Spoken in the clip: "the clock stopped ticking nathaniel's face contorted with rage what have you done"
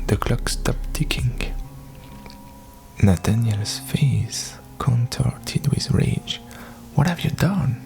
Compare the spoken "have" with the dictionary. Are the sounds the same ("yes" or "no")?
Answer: yes